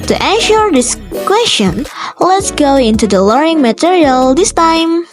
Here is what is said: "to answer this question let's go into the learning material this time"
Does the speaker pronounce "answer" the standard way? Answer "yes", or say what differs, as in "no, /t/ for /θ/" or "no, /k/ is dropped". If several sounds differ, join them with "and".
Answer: no, /ʃ/ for /s/